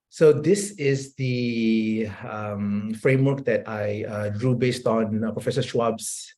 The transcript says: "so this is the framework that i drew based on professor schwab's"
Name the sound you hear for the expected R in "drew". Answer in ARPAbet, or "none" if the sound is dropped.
R